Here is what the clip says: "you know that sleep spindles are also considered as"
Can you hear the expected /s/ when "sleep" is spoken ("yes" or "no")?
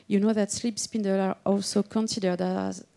yes